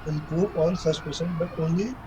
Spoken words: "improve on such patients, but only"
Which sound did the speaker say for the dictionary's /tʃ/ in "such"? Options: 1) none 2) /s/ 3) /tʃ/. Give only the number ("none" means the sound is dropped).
2